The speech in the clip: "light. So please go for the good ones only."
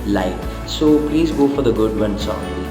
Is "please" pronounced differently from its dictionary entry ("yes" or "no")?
no